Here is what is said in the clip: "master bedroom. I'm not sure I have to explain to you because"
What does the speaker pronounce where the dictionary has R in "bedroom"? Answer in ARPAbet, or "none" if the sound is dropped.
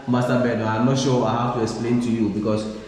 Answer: none